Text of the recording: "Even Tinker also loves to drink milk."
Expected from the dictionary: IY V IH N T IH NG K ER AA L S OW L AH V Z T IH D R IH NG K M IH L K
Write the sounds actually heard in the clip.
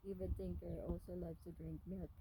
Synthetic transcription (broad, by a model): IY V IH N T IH NG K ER AA L S OW L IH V T IH D R IH NG K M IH